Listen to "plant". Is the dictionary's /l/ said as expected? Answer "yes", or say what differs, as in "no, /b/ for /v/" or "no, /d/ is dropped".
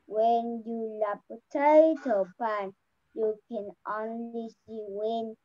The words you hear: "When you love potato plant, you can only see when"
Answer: no, /l/ is dropped